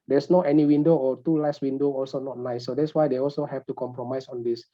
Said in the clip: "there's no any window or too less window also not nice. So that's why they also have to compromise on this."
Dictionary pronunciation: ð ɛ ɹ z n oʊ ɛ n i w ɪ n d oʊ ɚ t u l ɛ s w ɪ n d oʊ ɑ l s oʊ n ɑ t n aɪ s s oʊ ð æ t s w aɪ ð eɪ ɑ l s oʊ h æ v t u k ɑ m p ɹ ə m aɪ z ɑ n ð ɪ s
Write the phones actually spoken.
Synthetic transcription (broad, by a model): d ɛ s n oʊ ɛ n i w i n d oʊ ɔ t u l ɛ s w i n d oʊ ɑ l s oʊ n ɑ t n aɪ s s oʊ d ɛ t s w aɪ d eɪ ɑ l s oʊ h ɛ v t u k ɑ m p ɹ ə m aɪ s ɑ n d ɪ s